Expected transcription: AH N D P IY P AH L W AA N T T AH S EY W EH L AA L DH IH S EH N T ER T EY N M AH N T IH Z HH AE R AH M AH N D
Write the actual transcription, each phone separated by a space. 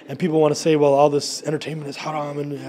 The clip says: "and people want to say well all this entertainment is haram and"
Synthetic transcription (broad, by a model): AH N P IY P L W AA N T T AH S EY W EH L AA L DH IH S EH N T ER T EY N M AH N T IH Z HH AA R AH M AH N